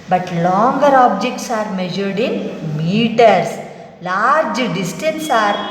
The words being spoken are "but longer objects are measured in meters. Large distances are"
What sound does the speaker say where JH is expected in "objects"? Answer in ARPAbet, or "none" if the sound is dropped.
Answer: JH